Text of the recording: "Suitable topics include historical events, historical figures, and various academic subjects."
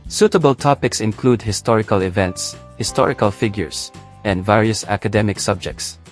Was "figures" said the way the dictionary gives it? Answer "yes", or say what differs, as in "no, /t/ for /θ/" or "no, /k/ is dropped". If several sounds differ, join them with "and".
no, /s/ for /z/